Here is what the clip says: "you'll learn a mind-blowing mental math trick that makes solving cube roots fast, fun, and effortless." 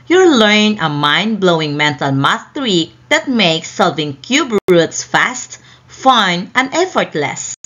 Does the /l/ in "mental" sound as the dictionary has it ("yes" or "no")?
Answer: yes